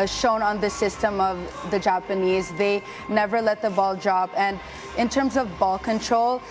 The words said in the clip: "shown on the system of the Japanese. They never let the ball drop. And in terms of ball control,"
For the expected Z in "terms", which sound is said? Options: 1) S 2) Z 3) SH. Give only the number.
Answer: 2